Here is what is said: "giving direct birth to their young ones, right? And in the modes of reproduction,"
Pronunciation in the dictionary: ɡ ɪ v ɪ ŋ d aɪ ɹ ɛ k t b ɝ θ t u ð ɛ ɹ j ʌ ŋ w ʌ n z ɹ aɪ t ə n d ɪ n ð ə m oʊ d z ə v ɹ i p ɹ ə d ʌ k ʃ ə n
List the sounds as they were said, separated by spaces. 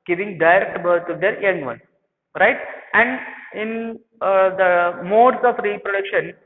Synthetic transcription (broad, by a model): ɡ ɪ v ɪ ŋ d aɪ ɹ ɛ k t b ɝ t u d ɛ ɹ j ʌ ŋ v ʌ n ɹ aɪ t ə n d ɪ n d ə m oʊ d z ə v ɹ i p ɹ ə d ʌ k ʃ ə n